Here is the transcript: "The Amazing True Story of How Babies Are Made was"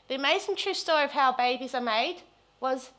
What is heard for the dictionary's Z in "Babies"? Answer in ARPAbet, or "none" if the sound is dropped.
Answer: Z